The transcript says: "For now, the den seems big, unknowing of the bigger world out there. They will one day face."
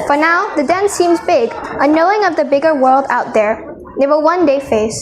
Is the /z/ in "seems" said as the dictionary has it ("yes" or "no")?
yes